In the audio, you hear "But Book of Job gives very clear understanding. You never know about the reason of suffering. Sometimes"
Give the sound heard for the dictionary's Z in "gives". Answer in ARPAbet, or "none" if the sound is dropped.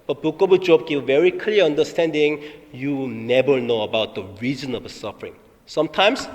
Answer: none